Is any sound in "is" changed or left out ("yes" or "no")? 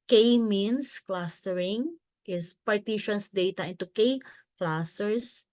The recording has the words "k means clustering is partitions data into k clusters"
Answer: yes